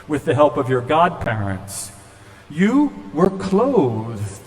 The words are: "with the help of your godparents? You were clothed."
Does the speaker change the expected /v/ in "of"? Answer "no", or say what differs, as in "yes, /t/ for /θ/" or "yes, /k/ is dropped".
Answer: no